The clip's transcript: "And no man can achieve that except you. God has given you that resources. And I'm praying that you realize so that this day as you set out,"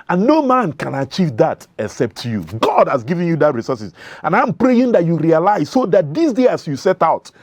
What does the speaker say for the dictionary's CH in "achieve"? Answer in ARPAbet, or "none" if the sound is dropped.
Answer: CH